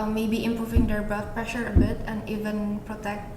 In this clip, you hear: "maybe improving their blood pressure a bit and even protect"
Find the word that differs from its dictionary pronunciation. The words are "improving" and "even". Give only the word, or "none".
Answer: none